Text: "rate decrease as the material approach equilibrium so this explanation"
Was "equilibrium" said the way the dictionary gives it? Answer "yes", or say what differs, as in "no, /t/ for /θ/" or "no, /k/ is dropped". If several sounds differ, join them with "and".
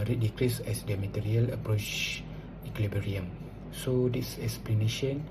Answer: no, /b/ is dropped